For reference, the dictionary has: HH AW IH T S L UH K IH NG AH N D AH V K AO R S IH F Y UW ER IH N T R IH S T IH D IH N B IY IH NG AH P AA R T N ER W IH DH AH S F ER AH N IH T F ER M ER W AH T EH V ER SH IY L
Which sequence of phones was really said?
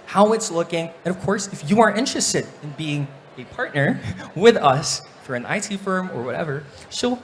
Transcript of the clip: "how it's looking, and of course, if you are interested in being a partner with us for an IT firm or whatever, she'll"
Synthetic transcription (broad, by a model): HH AW IH T S L UH K IH NG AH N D AH V K AO R S IH F Y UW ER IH N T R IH S T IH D IH N B IY IH NG AH P AA R T N ER W IH DH AH S F ER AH N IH T F ER M ER W AH T EH V ER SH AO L